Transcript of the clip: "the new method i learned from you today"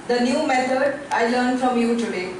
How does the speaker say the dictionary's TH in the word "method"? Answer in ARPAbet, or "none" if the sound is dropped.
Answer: S